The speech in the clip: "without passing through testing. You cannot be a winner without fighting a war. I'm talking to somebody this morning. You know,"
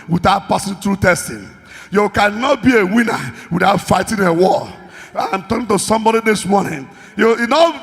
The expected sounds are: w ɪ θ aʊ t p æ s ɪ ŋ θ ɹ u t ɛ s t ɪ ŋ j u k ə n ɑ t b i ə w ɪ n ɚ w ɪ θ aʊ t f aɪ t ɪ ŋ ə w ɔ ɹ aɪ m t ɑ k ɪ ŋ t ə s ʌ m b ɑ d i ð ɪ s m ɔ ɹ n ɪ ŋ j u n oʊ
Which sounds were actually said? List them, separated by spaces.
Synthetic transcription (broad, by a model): w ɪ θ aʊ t p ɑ s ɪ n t ɹ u t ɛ s t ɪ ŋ j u k ə n ɑ t b i ə w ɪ n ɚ w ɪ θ aʊ t f aɪ t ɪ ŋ ə w ɔ l aɪ m t ɑ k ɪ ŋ t ə s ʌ m b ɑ d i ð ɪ s m ɔ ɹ n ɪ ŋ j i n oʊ